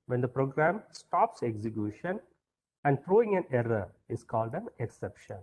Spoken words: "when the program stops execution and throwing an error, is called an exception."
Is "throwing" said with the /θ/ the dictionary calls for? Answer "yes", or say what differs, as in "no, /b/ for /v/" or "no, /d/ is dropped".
no, /f/ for /θ/